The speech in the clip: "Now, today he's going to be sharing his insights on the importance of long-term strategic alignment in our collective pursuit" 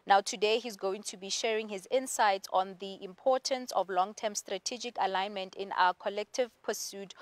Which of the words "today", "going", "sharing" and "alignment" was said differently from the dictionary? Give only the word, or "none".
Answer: none